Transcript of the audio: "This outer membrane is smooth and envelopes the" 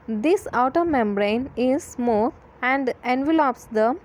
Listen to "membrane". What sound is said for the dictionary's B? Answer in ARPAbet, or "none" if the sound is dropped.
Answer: B